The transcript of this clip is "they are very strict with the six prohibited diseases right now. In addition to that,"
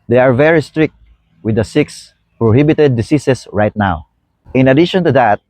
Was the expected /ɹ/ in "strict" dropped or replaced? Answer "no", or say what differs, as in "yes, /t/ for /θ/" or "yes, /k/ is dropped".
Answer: no